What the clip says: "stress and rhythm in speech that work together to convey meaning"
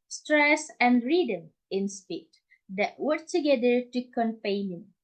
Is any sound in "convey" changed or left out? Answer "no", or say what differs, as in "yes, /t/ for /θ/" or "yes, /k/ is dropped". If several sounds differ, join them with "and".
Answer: yes, /p/ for /v/